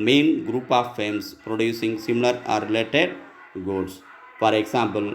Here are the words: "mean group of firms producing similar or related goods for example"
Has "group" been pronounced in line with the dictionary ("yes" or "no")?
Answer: yes